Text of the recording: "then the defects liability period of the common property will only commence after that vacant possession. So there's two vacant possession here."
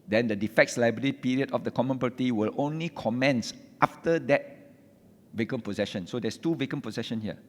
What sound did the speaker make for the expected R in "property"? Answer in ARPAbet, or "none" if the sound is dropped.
none